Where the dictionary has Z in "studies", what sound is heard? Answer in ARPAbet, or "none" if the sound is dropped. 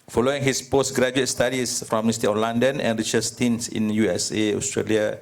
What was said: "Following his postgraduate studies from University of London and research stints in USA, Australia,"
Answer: S